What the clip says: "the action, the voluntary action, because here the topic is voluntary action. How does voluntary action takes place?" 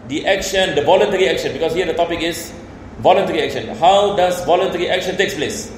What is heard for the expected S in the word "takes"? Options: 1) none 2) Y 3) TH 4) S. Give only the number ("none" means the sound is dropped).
4